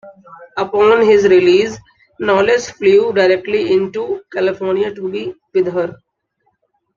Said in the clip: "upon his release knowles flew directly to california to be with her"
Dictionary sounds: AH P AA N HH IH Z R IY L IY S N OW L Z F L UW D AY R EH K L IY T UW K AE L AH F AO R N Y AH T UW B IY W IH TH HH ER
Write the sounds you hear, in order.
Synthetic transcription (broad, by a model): AH P AA N HH IH Z R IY L IY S N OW L S F L UW D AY R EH K L IY T UW K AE L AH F AO R N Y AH T UW B IY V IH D HH ER